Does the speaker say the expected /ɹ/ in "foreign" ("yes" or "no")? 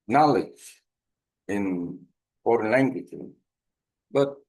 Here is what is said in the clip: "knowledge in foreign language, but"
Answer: yes